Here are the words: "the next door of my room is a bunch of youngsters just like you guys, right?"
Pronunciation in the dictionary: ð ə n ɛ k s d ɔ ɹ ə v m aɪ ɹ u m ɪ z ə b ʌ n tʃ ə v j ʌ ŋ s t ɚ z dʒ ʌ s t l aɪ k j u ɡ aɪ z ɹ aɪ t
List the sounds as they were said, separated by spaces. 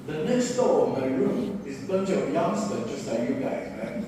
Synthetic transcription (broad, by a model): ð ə n ɛ k s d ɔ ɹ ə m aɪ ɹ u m ɪ z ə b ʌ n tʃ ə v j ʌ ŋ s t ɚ dʒ ʌ s t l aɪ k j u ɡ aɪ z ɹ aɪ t